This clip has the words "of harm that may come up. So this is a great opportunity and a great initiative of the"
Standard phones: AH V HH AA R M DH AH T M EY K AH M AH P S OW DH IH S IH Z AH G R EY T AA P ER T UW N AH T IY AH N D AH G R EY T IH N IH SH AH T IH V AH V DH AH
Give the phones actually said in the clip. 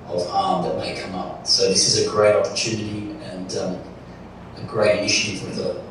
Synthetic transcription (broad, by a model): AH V HH AA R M DH AH T M EY K AH M AH P S OW DH IH S IH Z AH G R EY T AA P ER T UW N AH T IY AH N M AH G R EY IH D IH SH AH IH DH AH